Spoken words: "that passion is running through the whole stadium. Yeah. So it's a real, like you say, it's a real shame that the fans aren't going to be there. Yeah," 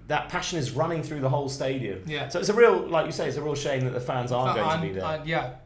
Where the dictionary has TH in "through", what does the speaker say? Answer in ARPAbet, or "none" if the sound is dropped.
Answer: TH